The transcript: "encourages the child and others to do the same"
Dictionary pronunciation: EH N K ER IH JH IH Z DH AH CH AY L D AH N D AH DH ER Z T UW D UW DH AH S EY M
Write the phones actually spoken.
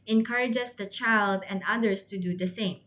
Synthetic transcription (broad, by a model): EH N K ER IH JH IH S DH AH CH AY L D AH N D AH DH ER S T UW D UW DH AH S EY M